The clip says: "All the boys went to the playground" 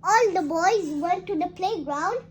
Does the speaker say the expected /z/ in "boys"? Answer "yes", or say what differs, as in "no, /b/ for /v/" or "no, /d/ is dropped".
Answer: yes